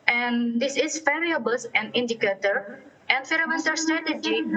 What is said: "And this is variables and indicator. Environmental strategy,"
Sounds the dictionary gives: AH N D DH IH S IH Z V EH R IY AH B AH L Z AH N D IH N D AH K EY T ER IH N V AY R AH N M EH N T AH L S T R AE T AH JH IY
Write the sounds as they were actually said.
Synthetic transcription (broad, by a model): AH N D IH S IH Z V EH R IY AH B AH L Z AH N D IH N D AH K EY T ER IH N F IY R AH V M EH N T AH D S T R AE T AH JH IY